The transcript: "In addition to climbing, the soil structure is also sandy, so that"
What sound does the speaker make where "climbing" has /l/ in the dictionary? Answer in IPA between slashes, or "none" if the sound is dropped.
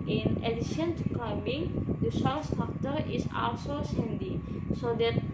none